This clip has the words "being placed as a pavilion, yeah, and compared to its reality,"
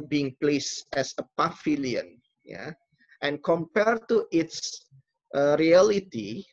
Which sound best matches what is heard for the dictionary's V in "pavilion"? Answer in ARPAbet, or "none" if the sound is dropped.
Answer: F